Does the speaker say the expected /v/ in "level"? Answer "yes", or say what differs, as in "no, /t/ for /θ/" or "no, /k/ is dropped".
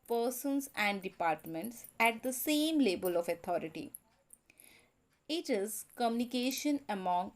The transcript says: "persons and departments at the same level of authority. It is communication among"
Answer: no, /b/ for /v/